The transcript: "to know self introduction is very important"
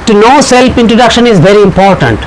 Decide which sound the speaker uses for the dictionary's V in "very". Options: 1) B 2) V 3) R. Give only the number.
2